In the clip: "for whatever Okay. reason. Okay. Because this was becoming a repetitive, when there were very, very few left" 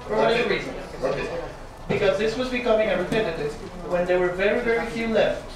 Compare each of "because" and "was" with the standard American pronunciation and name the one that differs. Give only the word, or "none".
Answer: none